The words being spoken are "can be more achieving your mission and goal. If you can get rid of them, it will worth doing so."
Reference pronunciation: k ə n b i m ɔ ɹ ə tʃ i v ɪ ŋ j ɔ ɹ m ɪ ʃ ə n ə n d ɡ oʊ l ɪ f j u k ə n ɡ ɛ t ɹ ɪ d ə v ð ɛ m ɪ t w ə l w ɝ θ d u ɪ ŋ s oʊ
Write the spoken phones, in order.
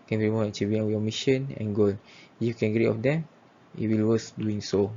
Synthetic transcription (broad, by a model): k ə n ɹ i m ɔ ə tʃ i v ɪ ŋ j ɔ m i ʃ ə n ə n ɡ oʊ l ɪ j u k ə n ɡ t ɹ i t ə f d ɛ m ɪ t w ə l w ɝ s d u ɪ ŋ s oʊ